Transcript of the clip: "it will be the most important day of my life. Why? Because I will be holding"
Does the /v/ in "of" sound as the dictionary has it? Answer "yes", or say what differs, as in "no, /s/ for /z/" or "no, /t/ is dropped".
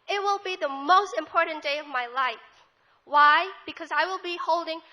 yes